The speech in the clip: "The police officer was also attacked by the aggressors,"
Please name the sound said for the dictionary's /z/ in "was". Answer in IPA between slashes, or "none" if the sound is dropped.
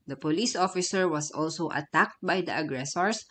/s/